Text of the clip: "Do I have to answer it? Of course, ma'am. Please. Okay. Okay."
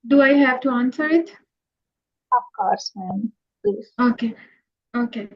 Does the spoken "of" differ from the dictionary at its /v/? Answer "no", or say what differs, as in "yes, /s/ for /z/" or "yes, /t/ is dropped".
yes, /p/ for /v/